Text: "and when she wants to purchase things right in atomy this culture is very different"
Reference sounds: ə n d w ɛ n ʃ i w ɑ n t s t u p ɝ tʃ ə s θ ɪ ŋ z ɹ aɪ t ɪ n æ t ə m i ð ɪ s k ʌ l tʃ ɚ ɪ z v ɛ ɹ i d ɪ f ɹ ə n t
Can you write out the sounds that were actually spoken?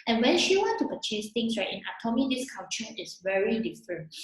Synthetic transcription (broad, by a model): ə n w ɛ n ʃ i w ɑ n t t u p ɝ tʃ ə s t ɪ ŋ s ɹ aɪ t ɪ n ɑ t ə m i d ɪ s k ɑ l tʃ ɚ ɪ s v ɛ ɹ i d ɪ f ɹ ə n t